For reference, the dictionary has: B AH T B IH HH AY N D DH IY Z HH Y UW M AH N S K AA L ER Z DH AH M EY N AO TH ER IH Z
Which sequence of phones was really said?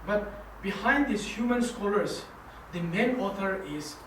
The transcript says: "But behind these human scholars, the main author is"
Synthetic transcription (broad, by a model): B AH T B IH HH AY N D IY S HH Y UW M AH N S K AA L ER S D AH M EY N AO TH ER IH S